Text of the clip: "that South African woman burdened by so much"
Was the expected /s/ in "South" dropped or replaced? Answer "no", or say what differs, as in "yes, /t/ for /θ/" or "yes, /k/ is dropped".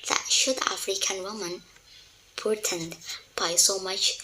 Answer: yes, /ʃ/ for /s/